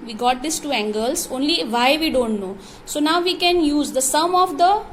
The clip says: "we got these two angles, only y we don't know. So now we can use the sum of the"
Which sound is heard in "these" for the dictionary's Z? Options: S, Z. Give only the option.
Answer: S